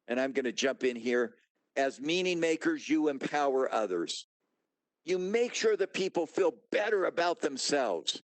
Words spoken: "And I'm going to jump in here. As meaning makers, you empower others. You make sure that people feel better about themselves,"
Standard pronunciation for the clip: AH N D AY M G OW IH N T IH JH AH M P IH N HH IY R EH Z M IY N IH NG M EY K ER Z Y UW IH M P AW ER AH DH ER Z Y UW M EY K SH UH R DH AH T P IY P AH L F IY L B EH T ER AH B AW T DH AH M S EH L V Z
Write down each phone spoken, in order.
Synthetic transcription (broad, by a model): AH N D AY M G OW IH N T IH JH AH M P IH N HH IY R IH Z M IY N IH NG M EY K ER Z Y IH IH M P AW ER AH DH ER Z Y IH M EY K SH UH R DH AH T P IY P L F IY L B EH T ER AH B AW T DH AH M S EH L V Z